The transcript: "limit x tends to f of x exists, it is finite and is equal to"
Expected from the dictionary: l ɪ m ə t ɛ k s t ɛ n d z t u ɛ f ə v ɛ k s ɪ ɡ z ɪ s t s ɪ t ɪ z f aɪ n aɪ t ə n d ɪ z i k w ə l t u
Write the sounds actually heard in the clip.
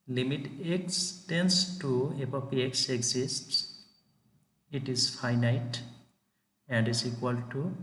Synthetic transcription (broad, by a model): l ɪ m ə t ɛ k s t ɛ n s t u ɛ p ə p ɛ k s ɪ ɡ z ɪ s t s ɪ t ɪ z f aɪ n aɪ t ə n d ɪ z i k w ə l t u